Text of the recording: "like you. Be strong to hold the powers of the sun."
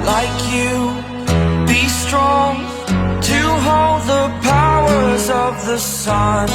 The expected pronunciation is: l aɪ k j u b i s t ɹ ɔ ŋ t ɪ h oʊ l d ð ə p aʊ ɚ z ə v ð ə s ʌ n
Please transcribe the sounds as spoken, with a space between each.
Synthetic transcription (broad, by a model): l aɪ k j u b i s t ɹ ɔ ŋ t ɪ h oʊ l d ð ə p aʊ ɚ z ə v ð ə s ʌ n